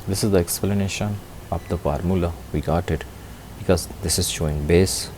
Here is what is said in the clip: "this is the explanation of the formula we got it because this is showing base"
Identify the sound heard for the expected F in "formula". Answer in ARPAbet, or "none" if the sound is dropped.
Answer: F